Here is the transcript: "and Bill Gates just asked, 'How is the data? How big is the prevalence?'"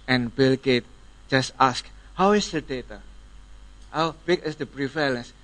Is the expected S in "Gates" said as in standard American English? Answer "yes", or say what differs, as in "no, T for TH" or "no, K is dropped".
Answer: no, S is dropped